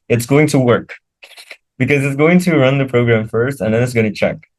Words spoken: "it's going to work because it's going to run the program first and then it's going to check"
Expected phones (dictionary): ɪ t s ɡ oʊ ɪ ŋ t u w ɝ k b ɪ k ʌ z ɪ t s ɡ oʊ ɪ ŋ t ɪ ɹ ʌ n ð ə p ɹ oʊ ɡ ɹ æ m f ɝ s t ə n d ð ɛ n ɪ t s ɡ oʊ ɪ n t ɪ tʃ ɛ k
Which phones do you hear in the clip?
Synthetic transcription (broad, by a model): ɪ t s ɡ oʊ ɪ ŋ t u w ɝ k b ɪ k ʌ z ɪ t s ɡ oʊ ɪ ŋ t ɪ ɹ ʌ n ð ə p ɹ oʊ ɡ ɹ æ m f ɝ s t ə n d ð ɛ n ɪ t s ɡ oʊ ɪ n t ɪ tʃ ɛ k